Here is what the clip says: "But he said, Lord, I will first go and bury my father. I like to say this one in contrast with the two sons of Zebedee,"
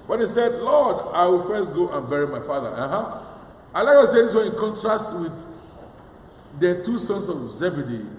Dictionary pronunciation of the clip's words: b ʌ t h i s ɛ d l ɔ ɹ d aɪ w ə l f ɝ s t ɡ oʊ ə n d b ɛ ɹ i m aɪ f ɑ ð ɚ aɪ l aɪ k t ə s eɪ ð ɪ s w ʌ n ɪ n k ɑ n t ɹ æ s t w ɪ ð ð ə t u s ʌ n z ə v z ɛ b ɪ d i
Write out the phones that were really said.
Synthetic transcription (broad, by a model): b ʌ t h i s ɛ d l ɔ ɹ d aɪ w ə l f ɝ s t ɡ oʊ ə n b ɛ ɹ i m aɪ f ɑ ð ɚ aɪ l aɪ k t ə s eɪ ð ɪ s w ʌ ɪ n k ɑ n t ɹ æ s t w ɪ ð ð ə t u s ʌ n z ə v z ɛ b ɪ d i